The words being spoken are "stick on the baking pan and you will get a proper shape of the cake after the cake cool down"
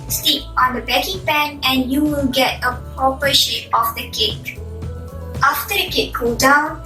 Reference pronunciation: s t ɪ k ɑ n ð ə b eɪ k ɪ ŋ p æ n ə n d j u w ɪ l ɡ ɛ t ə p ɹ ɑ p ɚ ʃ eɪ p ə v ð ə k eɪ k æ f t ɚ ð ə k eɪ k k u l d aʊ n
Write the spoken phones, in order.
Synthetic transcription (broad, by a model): s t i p ɑ n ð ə b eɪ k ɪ ŋ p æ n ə n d j u w ɪ l ɡ ɛ t ə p ɑ p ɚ ʃ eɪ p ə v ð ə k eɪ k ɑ f t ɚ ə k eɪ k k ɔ d aʊ n